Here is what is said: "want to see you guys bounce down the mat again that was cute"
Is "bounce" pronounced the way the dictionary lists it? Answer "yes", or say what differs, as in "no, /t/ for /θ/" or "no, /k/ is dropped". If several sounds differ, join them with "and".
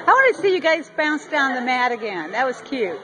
yes